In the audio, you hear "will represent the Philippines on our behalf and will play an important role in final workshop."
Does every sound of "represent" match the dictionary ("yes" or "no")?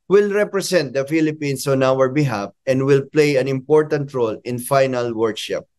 no